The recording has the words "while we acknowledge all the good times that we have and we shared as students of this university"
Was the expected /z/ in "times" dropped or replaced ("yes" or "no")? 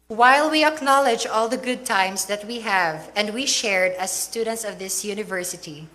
yes